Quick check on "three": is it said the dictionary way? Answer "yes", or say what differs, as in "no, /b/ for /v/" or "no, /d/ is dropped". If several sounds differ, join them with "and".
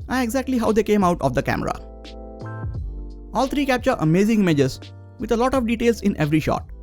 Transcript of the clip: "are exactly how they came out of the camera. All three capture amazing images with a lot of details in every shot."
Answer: no, /t/ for /θ/